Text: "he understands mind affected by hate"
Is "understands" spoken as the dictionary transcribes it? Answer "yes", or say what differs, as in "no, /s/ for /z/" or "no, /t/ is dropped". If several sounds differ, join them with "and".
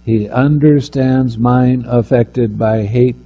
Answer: yes